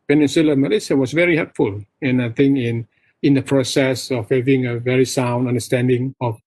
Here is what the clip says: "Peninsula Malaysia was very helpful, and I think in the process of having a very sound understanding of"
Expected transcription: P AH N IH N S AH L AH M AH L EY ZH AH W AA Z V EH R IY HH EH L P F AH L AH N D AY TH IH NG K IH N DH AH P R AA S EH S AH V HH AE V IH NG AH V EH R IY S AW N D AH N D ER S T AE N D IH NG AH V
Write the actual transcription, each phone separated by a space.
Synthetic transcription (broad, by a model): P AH N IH N S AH L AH M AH L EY S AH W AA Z V EH R IY HH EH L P F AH L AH N AY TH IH NG K IH N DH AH P R AA S EH S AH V HH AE V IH NG AH V EH R IY S AW N D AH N D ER S T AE N D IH NG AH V